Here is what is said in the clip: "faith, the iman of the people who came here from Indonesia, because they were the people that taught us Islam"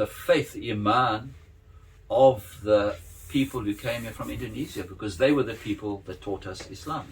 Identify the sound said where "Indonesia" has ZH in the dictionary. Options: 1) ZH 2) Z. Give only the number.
2